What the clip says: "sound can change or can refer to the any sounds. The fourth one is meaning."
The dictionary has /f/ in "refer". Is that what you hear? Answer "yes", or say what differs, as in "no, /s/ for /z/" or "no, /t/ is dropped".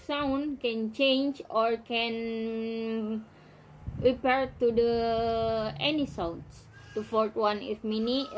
no, /p/ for /f/